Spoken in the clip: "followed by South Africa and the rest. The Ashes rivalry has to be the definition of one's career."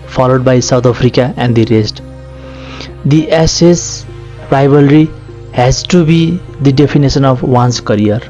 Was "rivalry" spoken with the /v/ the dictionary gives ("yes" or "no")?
no